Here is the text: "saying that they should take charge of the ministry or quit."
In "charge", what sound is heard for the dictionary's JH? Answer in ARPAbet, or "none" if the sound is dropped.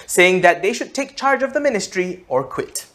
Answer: JH